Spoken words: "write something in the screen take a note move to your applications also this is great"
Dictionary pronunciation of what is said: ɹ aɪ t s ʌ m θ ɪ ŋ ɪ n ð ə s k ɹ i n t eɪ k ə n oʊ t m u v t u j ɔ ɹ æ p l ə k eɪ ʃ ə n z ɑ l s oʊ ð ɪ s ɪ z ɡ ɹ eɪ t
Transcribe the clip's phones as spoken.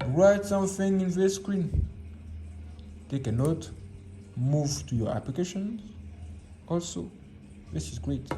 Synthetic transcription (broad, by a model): ɹ aɪ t s ʌ m θ ɪ ŋ ɪ n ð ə s k ɹ i n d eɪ k ə n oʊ t m u v t u j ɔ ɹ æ p l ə k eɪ ʃ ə n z ɑ l s oʊ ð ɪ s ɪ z ɡ ɹ eɪ t